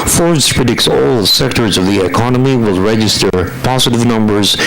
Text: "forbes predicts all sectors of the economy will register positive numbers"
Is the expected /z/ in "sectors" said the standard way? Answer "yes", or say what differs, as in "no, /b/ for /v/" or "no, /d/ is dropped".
yes